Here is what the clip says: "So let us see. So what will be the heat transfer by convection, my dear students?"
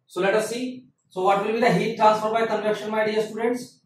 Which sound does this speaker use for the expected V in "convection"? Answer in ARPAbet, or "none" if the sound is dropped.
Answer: none